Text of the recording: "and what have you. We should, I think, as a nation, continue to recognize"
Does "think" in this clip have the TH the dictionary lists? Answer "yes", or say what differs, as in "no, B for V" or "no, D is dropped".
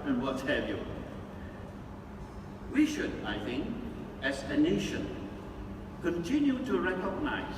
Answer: yes